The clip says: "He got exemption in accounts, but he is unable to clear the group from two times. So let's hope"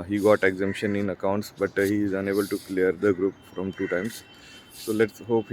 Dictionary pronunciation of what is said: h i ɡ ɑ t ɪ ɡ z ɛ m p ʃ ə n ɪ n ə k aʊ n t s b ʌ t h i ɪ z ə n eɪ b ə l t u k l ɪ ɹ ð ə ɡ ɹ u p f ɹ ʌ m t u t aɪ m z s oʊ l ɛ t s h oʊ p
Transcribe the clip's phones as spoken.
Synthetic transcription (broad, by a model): h i ɡ ɑ t ɪ ɡ z ɛ m p ʃ ə n ɪ n ə k aʊ n t s b ʌ t h i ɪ z ə n eɪ b ə l t u k l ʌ ɹ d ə ɡ ɹ u p f ɹ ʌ m t u t aɪ m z s oʊ l ɛ t s h oʊ p